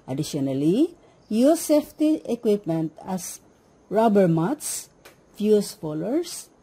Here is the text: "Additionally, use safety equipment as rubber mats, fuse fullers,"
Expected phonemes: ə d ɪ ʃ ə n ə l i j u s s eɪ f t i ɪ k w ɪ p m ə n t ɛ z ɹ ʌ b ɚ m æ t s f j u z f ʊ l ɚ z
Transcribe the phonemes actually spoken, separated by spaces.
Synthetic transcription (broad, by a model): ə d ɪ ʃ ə n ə l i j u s s eɪ f t i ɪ k w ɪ p m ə n t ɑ s ɹ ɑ b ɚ m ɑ t s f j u s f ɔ l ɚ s